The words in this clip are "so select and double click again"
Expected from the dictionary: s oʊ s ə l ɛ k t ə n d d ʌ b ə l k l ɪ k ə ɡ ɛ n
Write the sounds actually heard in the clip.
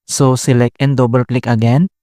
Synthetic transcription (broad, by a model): s oʊ s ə l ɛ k ə n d d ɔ b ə l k l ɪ k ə ɡ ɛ n